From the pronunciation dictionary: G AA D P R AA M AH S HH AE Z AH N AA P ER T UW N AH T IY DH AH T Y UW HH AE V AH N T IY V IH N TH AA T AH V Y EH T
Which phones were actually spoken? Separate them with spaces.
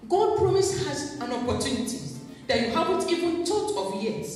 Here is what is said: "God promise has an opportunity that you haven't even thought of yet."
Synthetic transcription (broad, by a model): G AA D P R AA M AH S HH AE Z AH N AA P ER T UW N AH T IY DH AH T Y UW HH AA V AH N T IY V IH N T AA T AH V Y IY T